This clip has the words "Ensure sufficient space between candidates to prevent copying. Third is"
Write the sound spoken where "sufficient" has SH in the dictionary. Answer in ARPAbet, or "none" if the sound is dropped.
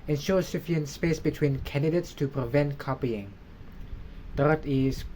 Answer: none